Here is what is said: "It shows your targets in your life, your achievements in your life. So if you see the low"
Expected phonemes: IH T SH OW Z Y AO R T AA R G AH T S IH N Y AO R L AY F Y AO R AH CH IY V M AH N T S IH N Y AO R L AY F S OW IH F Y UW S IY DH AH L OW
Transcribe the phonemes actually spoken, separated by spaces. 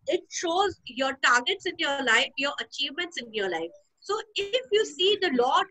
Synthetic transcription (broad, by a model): IH T SH OW Z Y AO R T AA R G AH T S IH N Y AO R L AY F Y AO R AH CH IY V M AH N T S IH N Y AO R L AY F S OW IH F Y UW S IY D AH L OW